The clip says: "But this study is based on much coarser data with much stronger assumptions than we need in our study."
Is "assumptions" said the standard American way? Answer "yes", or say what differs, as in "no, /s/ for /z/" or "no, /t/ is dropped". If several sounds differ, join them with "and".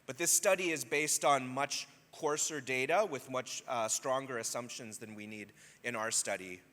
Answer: yes